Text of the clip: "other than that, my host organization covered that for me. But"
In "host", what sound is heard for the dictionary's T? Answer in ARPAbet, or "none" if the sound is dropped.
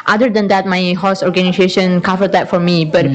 none